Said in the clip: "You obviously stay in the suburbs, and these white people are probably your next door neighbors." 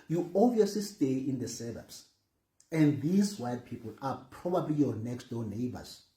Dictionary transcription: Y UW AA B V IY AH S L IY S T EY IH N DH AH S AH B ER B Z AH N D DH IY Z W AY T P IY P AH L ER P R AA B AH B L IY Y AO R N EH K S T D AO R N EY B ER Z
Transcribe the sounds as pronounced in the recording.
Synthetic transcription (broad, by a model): Y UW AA V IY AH S L IY S T EY IH N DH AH S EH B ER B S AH N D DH IY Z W AY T P IY P AH L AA P R AA B AH B L IY Y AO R N EH K S T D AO N EY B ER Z